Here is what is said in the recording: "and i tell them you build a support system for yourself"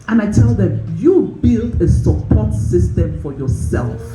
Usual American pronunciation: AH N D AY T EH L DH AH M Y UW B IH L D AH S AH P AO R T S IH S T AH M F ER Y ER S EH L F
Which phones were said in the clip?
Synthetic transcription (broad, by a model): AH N AY T EH L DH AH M Y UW B IH L D AH S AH P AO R T S IH S T AH M F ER Y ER S EH L F